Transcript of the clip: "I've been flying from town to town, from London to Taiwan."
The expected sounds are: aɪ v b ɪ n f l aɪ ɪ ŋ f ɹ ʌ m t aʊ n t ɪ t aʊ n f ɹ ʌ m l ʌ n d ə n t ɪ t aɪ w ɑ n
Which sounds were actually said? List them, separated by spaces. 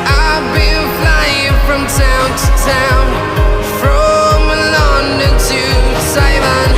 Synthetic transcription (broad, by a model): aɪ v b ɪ l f l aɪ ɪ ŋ f ɹ ʌ m t aʊ n t ɪ t aʊ n f ɹ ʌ m l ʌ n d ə t ɪ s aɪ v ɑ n